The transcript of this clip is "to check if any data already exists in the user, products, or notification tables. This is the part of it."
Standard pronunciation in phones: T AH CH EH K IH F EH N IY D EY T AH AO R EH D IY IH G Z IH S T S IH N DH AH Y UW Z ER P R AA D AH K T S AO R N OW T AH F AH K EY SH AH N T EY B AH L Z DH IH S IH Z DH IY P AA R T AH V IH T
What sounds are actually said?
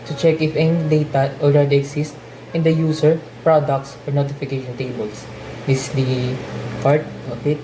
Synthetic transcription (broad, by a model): T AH CH EH K IH F EH N IY D EY T AH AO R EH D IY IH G S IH S T IH N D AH Y UW S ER P R AA D AH K T S AO R N OW T AH F AH K EY SH AH N T EY B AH L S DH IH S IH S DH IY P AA R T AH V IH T